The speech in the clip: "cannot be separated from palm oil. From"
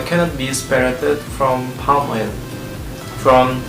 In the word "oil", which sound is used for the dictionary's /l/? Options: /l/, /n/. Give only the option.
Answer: /n/